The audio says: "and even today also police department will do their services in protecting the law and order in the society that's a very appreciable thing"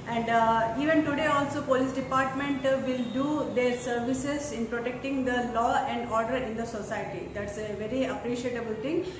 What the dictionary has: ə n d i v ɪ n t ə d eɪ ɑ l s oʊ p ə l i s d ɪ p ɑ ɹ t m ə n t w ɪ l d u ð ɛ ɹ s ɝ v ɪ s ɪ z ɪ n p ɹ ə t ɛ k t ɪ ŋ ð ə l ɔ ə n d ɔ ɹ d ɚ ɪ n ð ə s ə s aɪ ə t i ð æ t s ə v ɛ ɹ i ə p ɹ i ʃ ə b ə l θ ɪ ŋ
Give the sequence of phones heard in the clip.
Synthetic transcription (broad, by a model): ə n d i v ɪ n t ə d eɪ ɑ l s oʊ p ə l i s d ɪ p ɑ ɹ t m ə n t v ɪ l d u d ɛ ɹ s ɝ v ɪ s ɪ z ɪ n p ɹ ə t ɛ k t ɪ ŋ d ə l ɔ ə n d ɔ ɹ d ɚ ɪ n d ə s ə s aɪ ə t i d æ t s ə v ɛ ɹ i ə p ɹ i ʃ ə b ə l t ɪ ŋ